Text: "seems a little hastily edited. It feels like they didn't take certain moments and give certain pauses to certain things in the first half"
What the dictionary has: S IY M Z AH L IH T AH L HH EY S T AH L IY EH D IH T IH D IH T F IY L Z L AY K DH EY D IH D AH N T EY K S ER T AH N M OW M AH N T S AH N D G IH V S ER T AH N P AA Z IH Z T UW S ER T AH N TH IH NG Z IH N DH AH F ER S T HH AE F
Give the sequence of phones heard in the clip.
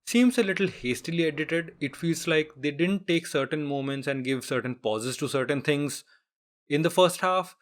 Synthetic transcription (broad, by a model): S IY M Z AH L IH T AH L HH EY S T AH L IY EH D IH T IH D IH T F IY L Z L AY K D EY D IH D AH N T EY K S ER T AH N M OW M AH N T S AH N D G IH V S ER T AH N P AA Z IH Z T UW S ER T AH N T IH NG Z IH N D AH F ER S T HH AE F